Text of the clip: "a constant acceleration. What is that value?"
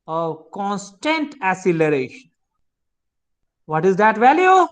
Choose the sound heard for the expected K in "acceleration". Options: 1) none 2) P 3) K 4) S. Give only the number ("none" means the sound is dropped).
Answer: 1